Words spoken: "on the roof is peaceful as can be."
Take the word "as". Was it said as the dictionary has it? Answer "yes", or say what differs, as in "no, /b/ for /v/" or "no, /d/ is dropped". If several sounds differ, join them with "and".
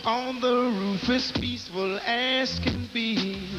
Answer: no, /s/ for /z/